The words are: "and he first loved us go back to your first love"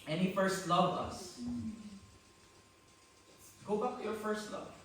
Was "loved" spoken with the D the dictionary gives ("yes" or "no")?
no